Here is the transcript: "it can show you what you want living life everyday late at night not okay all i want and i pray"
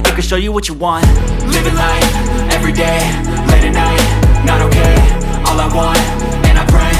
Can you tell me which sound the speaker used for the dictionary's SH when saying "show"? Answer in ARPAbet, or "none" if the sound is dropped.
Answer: SH